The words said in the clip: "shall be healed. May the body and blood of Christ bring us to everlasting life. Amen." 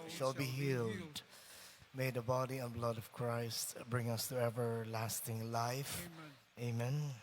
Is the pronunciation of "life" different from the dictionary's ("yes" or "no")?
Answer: no